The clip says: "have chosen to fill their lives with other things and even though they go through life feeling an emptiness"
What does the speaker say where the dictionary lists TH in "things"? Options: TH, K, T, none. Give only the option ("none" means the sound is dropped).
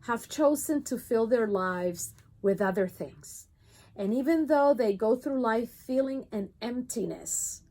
TH